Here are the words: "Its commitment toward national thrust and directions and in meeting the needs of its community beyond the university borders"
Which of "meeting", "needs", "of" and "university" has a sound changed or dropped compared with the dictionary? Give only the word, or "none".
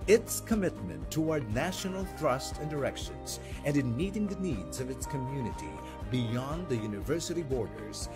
none